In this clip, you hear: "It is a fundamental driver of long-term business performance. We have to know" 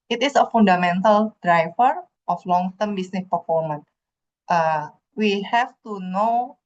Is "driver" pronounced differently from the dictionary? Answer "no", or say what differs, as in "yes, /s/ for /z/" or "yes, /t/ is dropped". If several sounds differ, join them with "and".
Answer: yes, /f/ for /v/